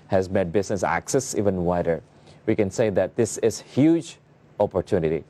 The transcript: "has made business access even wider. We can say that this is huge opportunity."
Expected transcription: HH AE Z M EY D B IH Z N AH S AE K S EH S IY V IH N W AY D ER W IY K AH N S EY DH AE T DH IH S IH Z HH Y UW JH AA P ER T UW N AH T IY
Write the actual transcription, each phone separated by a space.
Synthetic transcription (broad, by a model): HH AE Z M EY D B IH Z N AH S AE K S EH S IY V IH N W AY D ER W IY K AH N S EY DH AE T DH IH S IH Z HH Y UW JH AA P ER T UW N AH T IY